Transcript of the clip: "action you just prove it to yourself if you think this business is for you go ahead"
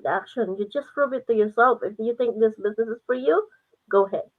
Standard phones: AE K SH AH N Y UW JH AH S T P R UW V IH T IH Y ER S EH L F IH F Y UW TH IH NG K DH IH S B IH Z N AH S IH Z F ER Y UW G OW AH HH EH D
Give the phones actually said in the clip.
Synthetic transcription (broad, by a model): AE K SH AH N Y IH JH AH S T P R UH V IH T IH Y ER S EH L F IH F Y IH TH IH NG K DH IH S B IH Z N AH S IH Z F ER Y UW G OW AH HH EH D